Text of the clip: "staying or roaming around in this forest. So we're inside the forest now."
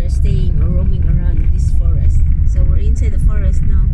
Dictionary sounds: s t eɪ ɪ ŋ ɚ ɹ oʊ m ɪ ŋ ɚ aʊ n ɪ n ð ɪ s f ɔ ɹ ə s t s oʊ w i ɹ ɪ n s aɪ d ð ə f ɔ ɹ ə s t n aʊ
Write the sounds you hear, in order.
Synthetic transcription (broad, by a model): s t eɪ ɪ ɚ ɹ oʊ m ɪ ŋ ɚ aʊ ɪ n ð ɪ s f ɔ ɹ ə s t s oʊ w i ɹ ɪ n s aɪ d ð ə f ɔ ɹ ə s t n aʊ